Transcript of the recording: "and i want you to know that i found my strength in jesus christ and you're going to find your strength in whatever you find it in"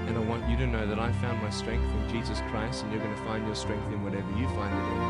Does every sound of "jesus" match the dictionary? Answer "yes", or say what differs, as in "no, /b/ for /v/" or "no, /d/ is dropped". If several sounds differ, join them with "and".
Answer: yes